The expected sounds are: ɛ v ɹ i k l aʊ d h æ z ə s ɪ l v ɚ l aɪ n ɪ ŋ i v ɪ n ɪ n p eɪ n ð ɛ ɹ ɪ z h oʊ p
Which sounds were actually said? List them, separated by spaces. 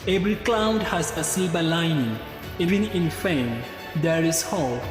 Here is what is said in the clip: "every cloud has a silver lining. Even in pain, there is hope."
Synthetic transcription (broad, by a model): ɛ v ɹ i k l aʊ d h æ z ə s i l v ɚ l aɪ n ɪ ŋ i v ɪ n ɪ n f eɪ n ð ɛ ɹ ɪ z h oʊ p